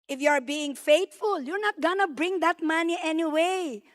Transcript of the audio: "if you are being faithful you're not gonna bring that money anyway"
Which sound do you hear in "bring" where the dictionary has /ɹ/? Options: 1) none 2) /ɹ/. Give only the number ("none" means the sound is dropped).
2